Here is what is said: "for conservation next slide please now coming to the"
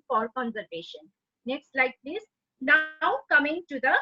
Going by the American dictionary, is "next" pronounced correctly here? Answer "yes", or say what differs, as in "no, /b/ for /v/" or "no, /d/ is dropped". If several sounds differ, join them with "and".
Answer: yes